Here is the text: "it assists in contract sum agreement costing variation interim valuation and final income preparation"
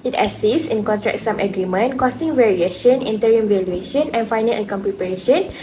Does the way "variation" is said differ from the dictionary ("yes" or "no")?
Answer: no